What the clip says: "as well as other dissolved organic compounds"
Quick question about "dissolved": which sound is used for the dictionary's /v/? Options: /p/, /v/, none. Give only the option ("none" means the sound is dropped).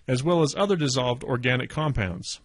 /v/